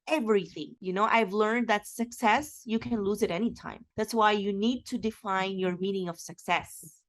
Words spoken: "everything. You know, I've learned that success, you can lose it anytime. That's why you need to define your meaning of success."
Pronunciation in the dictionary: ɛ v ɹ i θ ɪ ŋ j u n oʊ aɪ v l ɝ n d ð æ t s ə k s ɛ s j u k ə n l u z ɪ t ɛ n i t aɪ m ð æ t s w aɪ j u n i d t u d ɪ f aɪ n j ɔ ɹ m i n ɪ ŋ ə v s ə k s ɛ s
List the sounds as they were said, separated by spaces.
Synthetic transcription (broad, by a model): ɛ v ɹ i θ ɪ ŋ j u n oʊ aɪ v l ɝ n d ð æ t s ə k s ɛ s j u k ə n l u z ɪ t ɛ n i t aɪ m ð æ t s w aɪ j u n i d t u d ɪ f aɪ n j ɔ ɹ m i n ɪ ŋ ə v s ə k s ɛ s